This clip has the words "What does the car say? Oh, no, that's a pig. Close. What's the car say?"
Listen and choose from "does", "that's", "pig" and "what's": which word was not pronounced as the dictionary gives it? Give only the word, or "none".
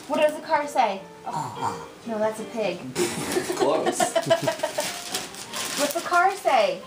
none